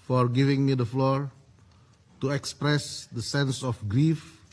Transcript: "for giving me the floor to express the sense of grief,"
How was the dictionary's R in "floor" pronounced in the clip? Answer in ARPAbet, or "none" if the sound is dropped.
R